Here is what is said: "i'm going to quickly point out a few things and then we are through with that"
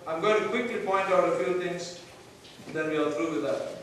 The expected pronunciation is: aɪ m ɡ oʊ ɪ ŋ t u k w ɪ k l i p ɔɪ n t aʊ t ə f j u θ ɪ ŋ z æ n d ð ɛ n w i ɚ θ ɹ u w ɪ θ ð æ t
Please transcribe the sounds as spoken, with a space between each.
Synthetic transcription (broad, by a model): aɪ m ɡ oʊ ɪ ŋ t u k w ɪ k l i p ɔɪ n t aʊ t ə f j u t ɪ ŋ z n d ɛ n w i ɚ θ ɹ u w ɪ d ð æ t